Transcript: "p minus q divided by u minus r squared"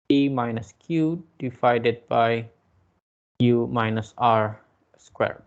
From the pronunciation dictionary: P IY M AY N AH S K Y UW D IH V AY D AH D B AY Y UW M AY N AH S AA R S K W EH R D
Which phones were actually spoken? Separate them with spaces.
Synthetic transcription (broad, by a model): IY M AY N AH S K Y UW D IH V AY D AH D B AY Y UW M AY N AH S AA R S K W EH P